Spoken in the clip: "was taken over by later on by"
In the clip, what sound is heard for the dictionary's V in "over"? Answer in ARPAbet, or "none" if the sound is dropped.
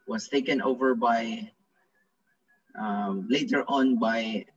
V